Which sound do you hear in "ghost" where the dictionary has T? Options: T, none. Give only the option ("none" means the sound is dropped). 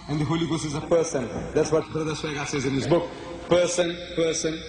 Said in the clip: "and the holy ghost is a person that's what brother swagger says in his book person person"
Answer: none